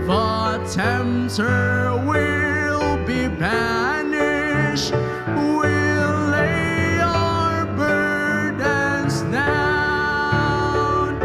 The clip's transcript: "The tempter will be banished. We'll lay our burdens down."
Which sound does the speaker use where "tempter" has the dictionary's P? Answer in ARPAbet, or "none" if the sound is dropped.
none